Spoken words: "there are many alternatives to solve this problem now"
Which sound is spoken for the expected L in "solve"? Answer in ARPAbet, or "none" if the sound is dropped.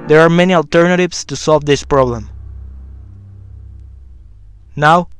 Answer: L